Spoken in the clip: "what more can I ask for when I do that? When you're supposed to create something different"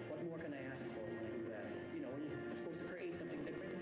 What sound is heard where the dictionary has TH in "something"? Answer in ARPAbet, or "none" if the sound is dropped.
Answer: TH